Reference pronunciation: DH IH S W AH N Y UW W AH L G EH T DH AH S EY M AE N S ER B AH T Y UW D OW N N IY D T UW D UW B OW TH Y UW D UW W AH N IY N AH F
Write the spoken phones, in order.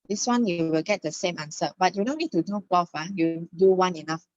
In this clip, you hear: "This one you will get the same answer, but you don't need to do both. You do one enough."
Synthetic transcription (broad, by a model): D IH S W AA N Y UW W AH L G EH T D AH S EY M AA N S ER B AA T Y UW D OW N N IY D T UW D UW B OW F Y UW D UW W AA N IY N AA F